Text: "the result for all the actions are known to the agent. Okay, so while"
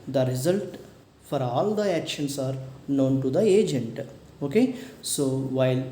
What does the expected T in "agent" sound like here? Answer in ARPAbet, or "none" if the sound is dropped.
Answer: T